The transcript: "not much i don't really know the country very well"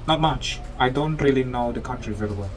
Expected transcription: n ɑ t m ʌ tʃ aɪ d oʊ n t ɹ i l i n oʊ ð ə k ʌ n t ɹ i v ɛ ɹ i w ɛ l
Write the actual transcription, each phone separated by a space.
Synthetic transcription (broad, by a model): n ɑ t m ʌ tʃ aɪ d oʊ n t ɹ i l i n oʊ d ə k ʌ n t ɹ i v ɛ l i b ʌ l